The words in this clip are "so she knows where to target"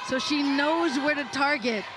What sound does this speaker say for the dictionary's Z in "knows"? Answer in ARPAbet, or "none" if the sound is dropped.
Z